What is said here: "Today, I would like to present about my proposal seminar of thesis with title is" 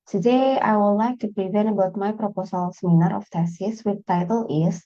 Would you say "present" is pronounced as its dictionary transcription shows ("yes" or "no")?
no